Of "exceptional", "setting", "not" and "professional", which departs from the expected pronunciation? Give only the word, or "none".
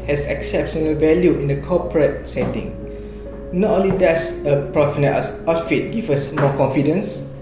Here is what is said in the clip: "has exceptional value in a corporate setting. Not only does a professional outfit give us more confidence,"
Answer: professional